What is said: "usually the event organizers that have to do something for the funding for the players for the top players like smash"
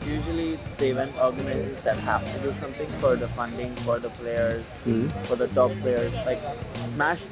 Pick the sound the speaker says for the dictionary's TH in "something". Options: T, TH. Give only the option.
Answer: T